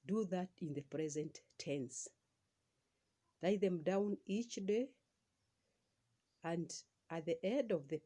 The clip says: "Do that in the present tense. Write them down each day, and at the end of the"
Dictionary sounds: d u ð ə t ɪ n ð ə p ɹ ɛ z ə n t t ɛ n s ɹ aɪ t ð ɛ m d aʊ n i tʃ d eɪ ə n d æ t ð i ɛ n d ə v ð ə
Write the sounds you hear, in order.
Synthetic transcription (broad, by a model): d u ð ə t ɪ n ð ə p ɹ ɛ z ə n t t ɛ n s l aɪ ð ɛ m d aʊ n i tʃ d eɪ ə n d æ t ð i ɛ d ə v ð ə